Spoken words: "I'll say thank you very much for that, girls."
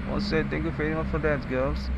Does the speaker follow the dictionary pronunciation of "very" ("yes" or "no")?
yes